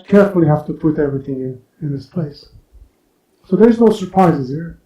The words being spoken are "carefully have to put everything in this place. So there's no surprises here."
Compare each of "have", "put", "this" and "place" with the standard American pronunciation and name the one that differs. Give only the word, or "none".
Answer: have